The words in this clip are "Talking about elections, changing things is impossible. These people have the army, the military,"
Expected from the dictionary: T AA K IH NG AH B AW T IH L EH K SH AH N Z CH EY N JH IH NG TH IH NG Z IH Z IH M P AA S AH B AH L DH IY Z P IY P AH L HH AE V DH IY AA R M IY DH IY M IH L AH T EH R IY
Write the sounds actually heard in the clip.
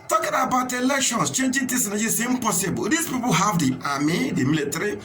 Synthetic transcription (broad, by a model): T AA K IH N AH B AW T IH L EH K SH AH N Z CH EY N JH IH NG T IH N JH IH S IH M P AA S AH B AH L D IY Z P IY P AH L HH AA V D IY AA M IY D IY M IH L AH T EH R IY